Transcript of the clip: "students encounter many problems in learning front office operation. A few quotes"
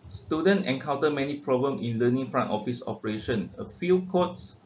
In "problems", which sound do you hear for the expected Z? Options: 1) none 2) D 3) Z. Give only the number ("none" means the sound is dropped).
1